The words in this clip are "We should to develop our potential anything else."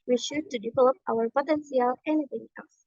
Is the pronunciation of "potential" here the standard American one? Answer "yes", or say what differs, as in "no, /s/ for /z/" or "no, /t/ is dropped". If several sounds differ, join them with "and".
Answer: no, /s/ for /ʃ/